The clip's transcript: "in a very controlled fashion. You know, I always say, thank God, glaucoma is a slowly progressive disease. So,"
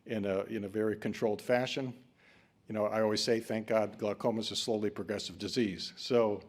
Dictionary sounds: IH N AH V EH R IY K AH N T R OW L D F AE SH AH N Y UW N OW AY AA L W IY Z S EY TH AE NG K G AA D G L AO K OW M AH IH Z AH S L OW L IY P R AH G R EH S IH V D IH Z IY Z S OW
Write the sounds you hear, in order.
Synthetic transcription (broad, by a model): IH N AH V EH R IY K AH N T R OW L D F AE SH AH N Y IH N OW AY AA L W IY Z S EY TH AE NG K G AA D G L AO K OW M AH IH Z S L OW L IY P R AH G R EH S IH V D IH Z IY Z S OW